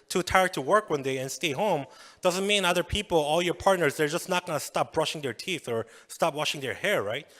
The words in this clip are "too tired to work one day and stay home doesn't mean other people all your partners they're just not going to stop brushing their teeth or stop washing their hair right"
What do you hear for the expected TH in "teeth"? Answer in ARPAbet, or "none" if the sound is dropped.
TH